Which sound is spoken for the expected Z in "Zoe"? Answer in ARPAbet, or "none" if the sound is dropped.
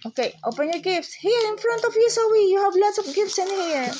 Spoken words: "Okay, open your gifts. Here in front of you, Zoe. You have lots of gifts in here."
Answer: S